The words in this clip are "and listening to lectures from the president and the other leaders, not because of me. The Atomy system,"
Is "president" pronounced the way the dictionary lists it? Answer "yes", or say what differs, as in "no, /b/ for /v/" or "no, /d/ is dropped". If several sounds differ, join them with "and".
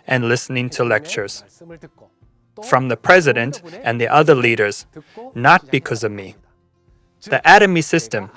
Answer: yes